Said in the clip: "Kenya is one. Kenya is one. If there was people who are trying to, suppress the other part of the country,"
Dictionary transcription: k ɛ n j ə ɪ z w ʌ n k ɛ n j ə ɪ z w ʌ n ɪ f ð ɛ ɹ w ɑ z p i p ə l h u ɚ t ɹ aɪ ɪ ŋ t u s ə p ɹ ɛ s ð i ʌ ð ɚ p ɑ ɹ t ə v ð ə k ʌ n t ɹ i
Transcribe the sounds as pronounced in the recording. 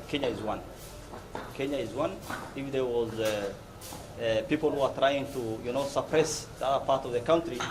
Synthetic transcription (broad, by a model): k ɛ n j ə ɪ z w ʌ n k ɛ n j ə ɪ z w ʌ n ɪ f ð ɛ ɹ w ɑ z p i p ə l h u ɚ t ɹ aɪ ɪ ŋ t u s ə p ɹ ɛ s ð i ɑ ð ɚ p ɑ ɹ t ə v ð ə k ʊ n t ɹ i